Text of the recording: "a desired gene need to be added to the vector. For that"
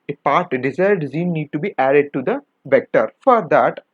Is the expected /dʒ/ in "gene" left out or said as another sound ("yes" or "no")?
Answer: yes